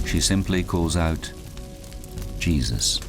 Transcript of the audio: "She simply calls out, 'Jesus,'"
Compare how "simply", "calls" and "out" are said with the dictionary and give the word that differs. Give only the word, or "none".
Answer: none